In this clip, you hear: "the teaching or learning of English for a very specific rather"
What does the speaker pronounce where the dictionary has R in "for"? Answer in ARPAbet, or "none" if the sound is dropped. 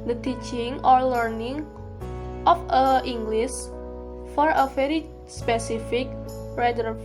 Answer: R